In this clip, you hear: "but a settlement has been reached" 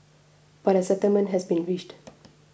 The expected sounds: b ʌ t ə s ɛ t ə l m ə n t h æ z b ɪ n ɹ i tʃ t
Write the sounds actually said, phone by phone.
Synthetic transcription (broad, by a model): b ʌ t ə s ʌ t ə m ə n h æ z b ɪ n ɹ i ʃ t